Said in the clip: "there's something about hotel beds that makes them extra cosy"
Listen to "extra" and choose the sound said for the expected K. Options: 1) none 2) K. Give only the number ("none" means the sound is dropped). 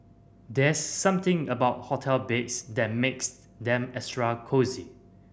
1